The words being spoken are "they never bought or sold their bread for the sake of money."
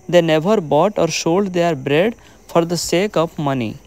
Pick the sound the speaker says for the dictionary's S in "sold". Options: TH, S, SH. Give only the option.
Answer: SH